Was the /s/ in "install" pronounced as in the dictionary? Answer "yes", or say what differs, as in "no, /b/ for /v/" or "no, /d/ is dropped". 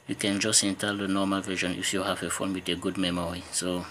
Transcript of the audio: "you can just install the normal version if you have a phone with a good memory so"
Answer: no, /s/ is dropped